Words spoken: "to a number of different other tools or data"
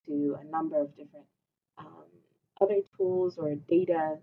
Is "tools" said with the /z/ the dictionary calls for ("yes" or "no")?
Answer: yes